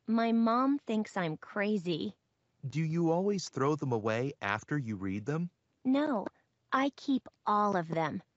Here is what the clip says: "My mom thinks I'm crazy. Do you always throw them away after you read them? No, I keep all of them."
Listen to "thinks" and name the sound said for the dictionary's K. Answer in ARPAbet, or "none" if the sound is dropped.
K